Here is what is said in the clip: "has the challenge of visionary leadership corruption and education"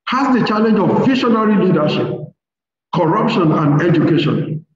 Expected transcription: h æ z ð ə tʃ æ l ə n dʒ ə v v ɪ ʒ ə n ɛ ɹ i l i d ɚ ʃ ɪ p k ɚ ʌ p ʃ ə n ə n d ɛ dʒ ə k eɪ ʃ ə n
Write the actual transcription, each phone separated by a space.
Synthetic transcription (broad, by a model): h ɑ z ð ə tʃ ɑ l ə n dʒ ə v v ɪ ʃ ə n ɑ ɹ i l i d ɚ ʃ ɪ p k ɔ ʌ p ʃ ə n ə n d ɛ dʒ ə k eɪ ʃ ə n